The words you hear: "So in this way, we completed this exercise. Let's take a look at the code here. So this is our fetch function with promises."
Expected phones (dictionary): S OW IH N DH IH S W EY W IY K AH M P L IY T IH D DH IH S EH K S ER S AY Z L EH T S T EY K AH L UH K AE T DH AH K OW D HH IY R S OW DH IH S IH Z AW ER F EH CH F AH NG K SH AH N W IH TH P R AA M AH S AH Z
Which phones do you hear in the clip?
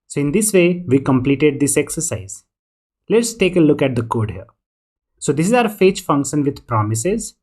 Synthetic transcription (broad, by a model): S OW IH N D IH S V EY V IY K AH M P L IY T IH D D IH S EH K S ER S AY Z L EH T S T EY K AH L UH K AE T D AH K OW D HH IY R S OW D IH S IH Z AW ER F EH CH F AH NG K SH AH N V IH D P R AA M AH S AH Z